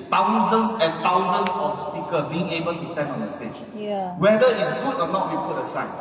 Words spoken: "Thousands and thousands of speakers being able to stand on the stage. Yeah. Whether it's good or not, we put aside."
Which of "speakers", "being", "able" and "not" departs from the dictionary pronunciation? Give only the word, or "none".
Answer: speakers